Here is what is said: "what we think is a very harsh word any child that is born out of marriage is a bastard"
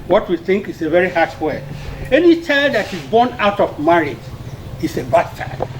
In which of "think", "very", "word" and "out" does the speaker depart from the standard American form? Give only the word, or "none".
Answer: word